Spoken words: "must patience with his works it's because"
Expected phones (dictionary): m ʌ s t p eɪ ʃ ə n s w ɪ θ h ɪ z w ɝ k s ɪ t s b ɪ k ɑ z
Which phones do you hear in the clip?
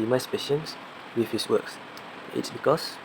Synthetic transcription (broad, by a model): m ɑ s p eɪ ʃ ə n s w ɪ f h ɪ s w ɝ k s ɪ t s b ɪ k ɑ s